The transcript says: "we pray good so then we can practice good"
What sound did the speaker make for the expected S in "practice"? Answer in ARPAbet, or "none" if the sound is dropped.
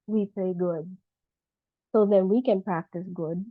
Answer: S